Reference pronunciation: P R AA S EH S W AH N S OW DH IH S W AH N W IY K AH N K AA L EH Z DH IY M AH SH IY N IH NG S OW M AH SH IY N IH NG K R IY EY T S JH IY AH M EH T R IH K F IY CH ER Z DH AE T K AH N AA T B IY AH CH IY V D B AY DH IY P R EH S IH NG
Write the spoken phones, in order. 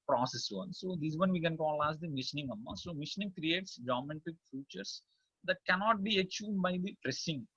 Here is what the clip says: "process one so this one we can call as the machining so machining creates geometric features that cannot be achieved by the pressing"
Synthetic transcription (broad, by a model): P R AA S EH S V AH N S OW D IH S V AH N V IY K AH N K AA L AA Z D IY M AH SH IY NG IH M S OW M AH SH N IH NG K R IY EY T S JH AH M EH T IH K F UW CH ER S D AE T K AH N AA T B IY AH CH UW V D B AY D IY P R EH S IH NG